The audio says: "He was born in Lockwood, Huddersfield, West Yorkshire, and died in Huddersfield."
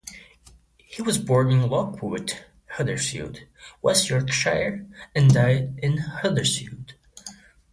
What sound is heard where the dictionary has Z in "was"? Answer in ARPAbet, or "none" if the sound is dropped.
Z